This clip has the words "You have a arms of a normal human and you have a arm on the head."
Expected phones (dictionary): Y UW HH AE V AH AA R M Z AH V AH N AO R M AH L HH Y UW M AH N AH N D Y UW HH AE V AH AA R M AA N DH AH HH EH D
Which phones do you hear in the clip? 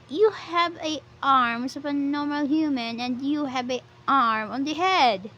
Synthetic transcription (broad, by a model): Y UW HH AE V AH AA R M S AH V AH N AO R M AH L HH Y UW M AH N AH N D Y UW HH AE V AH AA R M AA N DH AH HH EH D